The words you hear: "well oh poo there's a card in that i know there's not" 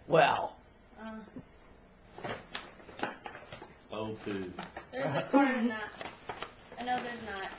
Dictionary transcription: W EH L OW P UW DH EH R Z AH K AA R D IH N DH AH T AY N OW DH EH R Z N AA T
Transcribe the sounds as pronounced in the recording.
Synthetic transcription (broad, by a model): W EH L OW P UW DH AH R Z AH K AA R IH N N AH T AY N OW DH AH R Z N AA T